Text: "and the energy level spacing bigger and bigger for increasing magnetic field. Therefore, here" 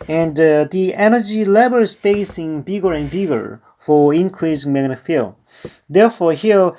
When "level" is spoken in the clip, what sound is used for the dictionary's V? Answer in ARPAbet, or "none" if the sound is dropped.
B